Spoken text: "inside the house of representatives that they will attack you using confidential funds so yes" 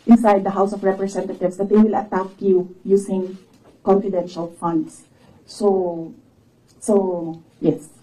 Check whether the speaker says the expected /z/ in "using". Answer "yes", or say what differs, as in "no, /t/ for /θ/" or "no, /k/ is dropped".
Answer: no, /s/ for /z/